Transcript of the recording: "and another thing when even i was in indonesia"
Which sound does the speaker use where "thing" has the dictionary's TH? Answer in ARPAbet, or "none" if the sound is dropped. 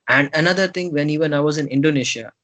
T